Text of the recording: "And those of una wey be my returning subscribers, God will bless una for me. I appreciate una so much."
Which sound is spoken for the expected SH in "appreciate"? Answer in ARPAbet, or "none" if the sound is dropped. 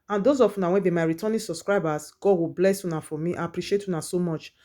SH